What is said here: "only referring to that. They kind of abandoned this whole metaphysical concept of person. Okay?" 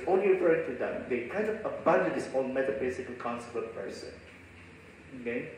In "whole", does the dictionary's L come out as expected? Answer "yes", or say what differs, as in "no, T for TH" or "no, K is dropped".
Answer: no, N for L